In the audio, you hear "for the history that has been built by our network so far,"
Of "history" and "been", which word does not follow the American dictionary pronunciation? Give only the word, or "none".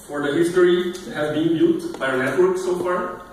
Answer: history